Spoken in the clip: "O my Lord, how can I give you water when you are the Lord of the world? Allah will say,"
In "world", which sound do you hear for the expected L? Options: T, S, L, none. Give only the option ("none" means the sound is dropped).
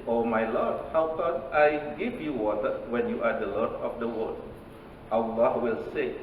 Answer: none